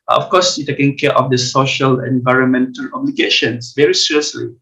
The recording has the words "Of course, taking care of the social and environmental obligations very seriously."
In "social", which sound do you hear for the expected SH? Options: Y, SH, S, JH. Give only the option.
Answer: SH